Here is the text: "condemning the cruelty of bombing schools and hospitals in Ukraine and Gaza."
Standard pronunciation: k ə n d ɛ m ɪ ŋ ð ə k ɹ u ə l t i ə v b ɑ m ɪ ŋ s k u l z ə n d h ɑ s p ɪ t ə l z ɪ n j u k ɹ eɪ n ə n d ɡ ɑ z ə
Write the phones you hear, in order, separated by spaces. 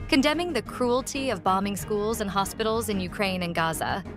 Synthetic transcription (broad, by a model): k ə n d ɛ m ɪ ŋ ð ə k ɹ u ə l t i ə v b ɑ m ɪ ŋ s k u l z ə n h ɑ s p ɪ t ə l z ɪ n j u k ɹ eɪ n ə n ɡ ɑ z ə